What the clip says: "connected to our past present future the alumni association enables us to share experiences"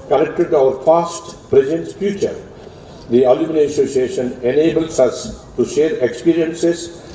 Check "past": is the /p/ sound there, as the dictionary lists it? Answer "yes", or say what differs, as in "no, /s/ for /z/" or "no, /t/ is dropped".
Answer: no, /f/ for /p/